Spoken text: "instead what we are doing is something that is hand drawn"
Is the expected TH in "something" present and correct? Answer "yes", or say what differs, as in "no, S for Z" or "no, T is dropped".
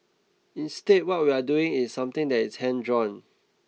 no, T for TH